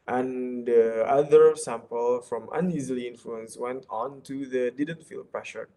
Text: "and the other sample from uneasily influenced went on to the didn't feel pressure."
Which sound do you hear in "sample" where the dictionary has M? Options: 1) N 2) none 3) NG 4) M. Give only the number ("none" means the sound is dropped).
4